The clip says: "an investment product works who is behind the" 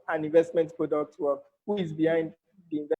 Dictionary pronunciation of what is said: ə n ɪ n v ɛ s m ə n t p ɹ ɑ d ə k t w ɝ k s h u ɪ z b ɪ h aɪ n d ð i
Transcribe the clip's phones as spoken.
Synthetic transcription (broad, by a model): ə n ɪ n v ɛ s m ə n t p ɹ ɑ d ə k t w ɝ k h u ɪ z b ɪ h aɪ n d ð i